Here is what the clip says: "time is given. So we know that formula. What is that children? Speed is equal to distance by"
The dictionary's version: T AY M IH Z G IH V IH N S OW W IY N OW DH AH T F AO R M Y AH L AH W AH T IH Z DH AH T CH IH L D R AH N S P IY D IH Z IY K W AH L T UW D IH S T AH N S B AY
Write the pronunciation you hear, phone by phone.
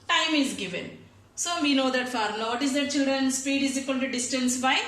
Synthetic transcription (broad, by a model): T AY M IH Z G IH V IH N S OW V IY N OW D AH T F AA R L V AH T IH Z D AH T CH IH L D R AH N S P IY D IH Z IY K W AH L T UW D IH S T AH N S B AY